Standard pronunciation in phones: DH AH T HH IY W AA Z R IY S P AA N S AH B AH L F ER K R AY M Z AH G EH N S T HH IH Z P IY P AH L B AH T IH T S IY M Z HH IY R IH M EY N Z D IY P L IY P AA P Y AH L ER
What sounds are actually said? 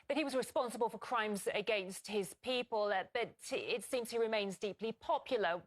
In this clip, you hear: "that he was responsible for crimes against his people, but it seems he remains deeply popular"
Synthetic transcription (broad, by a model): DH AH T HH IY W AA Z R IY S P AA N S AH B AH L F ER K R AY M Z AH G EH N S T HH IH Z P IY P AH L B AH T IH T S IY M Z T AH R IH M EY N Z D IY P L IY P AA P Y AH L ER